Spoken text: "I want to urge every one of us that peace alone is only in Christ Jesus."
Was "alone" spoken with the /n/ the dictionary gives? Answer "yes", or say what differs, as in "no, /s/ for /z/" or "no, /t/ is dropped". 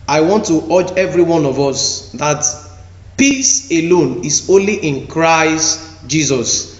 yes